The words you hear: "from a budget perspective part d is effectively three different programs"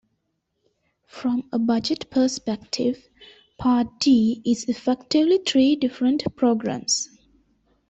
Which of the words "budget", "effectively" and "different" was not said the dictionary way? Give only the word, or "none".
none